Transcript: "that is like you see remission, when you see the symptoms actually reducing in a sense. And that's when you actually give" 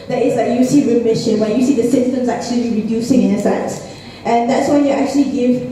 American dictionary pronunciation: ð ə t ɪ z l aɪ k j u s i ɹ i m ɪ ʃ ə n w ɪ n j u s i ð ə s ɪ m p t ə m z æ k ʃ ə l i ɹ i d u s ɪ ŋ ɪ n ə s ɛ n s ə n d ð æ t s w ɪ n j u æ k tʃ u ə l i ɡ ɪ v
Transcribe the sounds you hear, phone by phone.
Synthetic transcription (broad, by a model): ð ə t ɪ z l aɪ k j u s i ɹ i m ɪ ʃ ə n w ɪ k j u s i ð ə s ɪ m t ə m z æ k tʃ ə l i ɹ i d u s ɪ ŋ ɪ n ə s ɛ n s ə n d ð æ t s w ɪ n j u æ k tʃ u ə l i ɡ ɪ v